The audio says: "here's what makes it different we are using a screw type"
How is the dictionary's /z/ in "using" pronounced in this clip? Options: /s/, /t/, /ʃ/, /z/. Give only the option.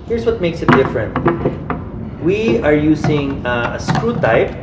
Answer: /s/